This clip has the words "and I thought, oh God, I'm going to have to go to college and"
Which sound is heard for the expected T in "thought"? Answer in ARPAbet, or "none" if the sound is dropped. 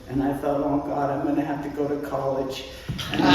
T